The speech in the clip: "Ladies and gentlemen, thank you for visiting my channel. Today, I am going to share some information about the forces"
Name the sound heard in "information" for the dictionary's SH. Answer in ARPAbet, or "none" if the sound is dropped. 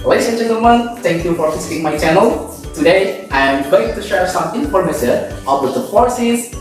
S